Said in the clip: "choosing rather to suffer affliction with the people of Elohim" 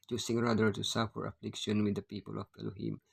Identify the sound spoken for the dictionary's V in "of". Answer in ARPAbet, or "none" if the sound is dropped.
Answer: B